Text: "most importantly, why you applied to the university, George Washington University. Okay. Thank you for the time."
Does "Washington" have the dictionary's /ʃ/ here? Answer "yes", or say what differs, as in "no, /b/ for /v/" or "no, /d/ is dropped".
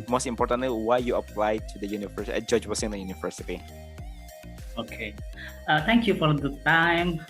no, /s/ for /ʃ/